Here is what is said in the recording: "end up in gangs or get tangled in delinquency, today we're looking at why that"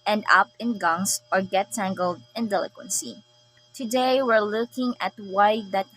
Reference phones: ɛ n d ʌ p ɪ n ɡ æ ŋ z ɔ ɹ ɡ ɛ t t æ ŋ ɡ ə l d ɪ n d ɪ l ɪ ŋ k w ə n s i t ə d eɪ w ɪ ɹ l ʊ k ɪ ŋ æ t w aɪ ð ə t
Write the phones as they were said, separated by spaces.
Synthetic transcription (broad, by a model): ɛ n d ʌ p ɪ n ɡ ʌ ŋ s ɔ ɹ ɡ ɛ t t æ ŋ ɡ ə l d ɪ n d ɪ l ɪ k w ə n s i t ə d eɪ w ɪ ɹ l ʊ k ɪ ŋ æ t w aɪ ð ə t